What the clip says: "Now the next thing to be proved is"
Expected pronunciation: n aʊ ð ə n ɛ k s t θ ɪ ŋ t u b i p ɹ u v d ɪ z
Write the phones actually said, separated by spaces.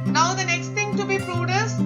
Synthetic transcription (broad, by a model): n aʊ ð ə n ɛ k s t t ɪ ŋ t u b i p ɹ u d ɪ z